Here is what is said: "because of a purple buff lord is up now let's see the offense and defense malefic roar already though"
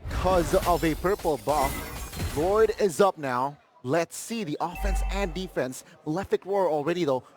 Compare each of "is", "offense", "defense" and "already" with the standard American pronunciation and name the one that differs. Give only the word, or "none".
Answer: none